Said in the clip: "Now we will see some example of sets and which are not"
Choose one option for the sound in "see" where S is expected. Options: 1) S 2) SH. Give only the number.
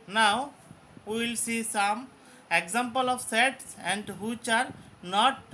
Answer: 1